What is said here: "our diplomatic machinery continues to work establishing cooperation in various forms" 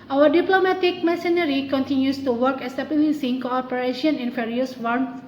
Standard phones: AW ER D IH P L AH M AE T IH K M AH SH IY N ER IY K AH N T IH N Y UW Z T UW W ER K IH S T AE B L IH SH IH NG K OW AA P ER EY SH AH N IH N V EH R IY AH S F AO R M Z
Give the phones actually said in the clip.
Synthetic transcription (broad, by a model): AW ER D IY P L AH M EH T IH K M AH S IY N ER IY K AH N T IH N Y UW S T UW W ER K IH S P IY L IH S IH NG K OW AA P ER EY SH AH N IH N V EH R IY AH S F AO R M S